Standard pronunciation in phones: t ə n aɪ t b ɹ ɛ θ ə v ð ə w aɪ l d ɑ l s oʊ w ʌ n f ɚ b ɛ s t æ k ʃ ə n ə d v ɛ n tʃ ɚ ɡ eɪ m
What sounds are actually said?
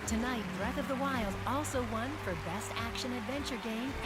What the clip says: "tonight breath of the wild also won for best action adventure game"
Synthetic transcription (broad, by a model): t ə n aɪ t b ɹ ɛ θ ə v ð ə w aɪ l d ɑ l s oʊ w ʌ n f ɚ b ɛ s t æ k ʃ ə n ə d v ɛ n tʃ ɚ ɡ eɪ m